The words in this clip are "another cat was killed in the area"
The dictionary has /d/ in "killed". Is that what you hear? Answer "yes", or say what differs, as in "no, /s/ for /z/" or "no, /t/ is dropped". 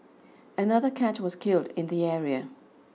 yes